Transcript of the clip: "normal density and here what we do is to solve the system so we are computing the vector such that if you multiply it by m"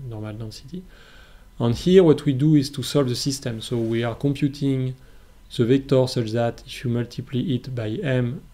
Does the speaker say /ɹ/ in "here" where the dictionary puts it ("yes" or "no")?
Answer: yes